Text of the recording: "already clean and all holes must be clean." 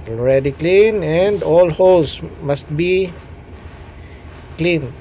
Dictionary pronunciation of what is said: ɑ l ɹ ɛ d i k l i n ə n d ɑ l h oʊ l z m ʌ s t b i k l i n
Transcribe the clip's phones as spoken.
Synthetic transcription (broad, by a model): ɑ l ɹ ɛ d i k l i n ə n d ɑ l h oʊ l s m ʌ s t b i k l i n